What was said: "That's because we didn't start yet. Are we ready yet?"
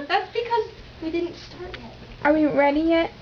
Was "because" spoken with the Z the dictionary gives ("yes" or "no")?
yes